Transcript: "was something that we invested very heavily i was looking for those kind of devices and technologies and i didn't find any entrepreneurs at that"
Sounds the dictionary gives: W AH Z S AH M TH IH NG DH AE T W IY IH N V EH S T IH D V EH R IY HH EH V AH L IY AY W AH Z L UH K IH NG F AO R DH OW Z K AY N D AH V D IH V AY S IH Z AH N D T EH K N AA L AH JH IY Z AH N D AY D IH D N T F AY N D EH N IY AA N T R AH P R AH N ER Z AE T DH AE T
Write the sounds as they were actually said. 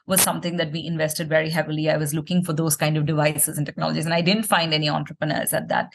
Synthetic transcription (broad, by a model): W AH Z S AH M T IH NG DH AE T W IY IH N V EH S T IH D V EH R IY HH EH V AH L IY AY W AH Z L UH K IH NG F AO R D OW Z K AY N D AH V D IH V AY S IH Z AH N T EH K N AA L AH JH IY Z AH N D AY D IH D N T F AY N D EH N IY AA N T R AH P R AH N ER Z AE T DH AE T